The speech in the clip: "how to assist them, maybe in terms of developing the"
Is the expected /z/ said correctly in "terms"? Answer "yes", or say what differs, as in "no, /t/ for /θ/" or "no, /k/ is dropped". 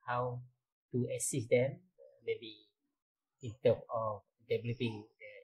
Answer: no, /z/ is dropped